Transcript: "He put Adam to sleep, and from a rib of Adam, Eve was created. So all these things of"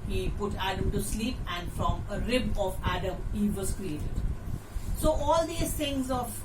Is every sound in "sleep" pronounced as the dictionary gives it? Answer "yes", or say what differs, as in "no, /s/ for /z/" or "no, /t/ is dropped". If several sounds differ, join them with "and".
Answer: yes